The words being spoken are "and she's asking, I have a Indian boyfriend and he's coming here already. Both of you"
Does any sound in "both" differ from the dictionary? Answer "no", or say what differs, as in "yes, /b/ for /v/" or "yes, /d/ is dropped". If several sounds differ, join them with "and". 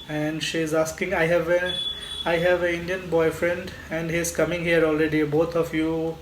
yes, /t/ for /θ/